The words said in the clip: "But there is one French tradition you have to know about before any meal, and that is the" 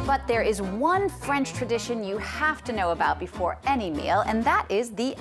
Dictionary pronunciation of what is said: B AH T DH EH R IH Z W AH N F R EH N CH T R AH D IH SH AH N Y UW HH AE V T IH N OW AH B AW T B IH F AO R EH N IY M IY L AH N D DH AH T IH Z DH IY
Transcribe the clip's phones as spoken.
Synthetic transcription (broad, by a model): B AH T DH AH R IH Z W AH N F R EH N CH T R AH D IH SH AH N Y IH HH AE F T IH N OW AH B AW T B IH F AO R EH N IY M IY L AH N DH AH T IH Z DH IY